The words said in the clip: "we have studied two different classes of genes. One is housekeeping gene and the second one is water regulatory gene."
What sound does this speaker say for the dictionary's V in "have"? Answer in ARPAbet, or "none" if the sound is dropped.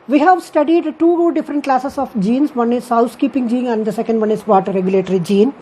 V